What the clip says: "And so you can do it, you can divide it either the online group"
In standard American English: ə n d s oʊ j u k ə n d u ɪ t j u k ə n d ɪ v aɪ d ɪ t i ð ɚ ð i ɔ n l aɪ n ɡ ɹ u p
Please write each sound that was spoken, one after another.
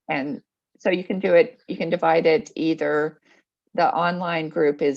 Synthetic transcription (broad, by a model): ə n s oʊ j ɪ k ə n d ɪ ɪ t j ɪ k ə n d ɪ v aɪ d ɪ t i ð ɚ ð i ɔ n l aɪ n ɡ ɹ u p